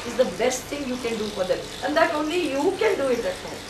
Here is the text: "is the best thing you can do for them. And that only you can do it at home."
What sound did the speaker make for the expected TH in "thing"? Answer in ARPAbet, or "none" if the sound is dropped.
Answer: T